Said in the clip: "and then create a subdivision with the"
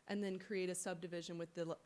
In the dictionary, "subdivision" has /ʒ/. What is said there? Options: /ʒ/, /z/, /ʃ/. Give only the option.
/ʒ/